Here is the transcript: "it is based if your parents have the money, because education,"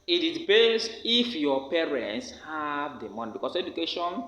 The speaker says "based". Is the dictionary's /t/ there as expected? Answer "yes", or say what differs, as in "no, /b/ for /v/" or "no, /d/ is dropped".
no, /t/ is dropped